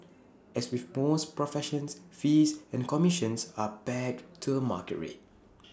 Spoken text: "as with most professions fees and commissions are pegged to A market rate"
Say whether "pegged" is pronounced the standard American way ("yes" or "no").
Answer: no